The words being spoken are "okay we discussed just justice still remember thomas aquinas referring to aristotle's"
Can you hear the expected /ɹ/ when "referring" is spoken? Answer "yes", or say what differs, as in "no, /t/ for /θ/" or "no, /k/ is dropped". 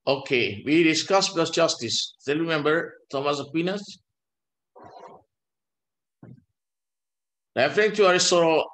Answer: no, /l/ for /ɹ/